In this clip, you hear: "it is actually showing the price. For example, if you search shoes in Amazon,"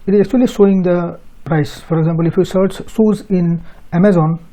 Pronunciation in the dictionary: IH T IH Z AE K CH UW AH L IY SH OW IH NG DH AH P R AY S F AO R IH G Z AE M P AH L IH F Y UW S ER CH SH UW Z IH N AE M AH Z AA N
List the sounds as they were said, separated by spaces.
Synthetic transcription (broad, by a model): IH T IH Z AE K CH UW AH L IY S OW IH NG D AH P R AY S F AO R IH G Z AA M P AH L IH F Y UW S ER CH S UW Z IH N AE M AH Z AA N